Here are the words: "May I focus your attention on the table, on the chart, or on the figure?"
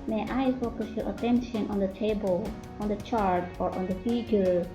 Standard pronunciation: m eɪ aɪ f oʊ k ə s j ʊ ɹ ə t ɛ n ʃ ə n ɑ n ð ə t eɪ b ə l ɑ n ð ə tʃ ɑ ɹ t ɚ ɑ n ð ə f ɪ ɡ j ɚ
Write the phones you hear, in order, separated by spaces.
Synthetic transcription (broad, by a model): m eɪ aɪ f oʊ k ə s j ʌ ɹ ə t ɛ n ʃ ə n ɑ n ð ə t eɪ b ə l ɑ n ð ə tʃ ɑ ɹ t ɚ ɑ n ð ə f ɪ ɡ j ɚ